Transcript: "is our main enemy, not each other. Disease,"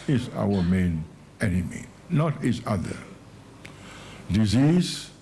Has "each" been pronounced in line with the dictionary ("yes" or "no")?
no